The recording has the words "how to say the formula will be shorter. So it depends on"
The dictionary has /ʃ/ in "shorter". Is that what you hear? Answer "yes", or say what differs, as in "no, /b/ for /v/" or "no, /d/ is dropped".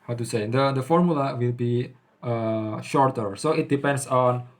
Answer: yes